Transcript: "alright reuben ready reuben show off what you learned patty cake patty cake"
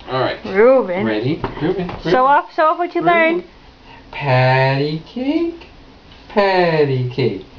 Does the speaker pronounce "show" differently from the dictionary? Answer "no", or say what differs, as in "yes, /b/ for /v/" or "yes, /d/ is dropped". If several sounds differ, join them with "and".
yes, /s/ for /ʃ/